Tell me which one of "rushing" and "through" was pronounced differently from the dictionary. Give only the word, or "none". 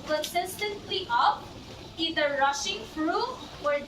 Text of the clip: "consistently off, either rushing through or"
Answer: through